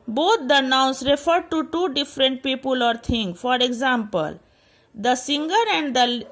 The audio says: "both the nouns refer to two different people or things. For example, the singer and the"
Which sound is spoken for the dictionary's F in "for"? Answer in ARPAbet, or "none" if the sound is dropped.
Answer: F